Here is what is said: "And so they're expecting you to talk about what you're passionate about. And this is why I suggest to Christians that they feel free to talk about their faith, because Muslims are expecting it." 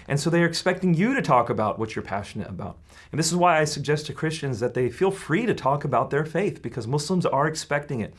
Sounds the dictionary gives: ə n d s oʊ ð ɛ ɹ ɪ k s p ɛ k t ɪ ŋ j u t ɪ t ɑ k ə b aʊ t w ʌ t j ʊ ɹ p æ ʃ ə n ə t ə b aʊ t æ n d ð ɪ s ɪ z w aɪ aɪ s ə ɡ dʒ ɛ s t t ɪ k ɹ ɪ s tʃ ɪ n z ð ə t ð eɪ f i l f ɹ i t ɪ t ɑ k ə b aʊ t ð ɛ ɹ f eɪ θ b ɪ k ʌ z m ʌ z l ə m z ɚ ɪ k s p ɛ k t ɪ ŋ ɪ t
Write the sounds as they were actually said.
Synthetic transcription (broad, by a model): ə n s oʊ ð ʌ ɹ ɪ k s p ɛ k t ɪ ŋ j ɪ t ɪ t ɑ k ə b aʊ t w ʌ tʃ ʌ ɹ p æ ʃ ə n ə t ə b aʊ t n ð ɪ s ɪ z w aɪ aɪ s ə ɡ dʒ ɛ s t t ɪ k ɹ ɪ s tʃ ɪ n z ð ə t ð eɪ f i l f ɹ i t ɪ t ɑ k ə b aʊ t ð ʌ ɹ f eɪ θ b ɪ k ʌ z m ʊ s l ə m z ɚ ɪ k s p ɛ k t ɪ ŋ ɪ t